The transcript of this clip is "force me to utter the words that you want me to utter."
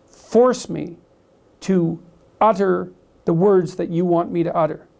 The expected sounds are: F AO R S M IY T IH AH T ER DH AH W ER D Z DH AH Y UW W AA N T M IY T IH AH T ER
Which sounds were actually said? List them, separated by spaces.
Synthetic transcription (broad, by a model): F AO R S M IY T IH AH T ER DH AH W ER D Z DH AH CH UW W AA N M IY T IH AH T ER